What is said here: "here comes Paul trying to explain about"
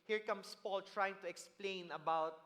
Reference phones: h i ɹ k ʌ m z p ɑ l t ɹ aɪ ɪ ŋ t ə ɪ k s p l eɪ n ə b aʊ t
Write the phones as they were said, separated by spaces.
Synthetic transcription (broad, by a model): h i ɹ k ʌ m s p ɑ l t ɹ aɪ ɪ ŋ t ə ɪ k s p l eɪ n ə b aʊ t